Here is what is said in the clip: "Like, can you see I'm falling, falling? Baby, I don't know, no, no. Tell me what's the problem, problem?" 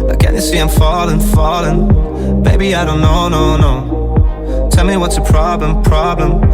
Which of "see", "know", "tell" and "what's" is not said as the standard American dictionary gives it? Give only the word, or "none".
none